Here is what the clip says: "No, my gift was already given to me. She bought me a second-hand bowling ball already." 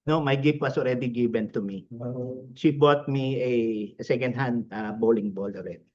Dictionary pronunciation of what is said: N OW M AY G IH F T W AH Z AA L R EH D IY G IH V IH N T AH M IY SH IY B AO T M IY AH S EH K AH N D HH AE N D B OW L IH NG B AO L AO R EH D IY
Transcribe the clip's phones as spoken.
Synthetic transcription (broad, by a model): N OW M AY G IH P W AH S AA L R EH D IY G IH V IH N T AH M IY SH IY B AO T M IY AH S EH K AH N D HH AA N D B OW L IH NG B AO L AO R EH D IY